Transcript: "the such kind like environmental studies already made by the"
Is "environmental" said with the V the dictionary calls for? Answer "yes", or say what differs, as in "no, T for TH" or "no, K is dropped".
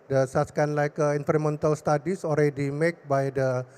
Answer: no, F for V